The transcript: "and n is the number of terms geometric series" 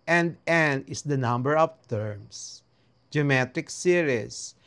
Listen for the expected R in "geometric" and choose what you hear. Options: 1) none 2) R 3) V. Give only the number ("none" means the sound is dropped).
1